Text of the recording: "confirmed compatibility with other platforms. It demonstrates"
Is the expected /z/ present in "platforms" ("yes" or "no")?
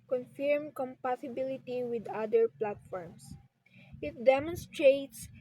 no